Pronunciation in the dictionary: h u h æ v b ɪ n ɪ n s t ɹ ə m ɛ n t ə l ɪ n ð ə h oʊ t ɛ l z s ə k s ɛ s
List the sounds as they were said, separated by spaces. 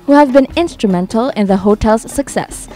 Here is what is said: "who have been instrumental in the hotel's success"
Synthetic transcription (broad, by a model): h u h æ v b ɪ n ɪ n s t ɹ ə m ɛ n t ə l ɪ n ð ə h oʊ t ɛ l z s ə k s ɛ s